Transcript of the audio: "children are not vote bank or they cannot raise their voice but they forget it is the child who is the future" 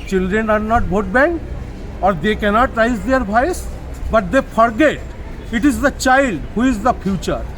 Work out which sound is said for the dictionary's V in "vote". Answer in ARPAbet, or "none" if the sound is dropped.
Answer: B